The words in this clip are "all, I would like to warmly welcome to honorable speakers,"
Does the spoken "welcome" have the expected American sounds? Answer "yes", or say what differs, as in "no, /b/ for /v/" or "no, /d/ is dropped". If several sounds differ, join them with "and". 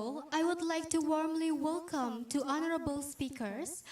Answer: yes